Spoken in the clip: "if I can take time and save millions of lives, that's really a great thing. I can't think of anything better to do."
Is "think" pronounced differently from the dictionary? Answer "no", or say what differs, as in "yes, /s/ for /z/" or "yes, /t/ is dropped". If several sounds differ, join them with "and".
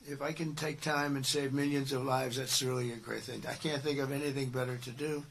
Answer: no